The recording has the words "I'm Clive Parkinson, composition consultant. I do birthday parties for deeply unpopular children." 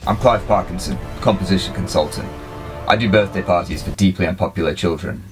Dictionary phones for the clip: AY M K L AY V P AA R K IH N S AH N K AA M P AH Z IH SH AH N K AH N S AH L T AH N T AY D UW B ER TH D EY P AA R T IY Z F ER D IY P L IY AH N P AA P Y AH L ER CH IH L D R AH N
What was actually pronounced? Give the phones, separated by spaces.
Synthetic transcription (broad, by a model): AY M K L AY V P AA R K IH N S AH N K AA M P AH Z IH SH AH N K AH N S AH L T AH N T AY D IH B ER TH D EY P AA R T IY Z F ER D IY P L IY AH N P AA P Y L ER CH IH L D R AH N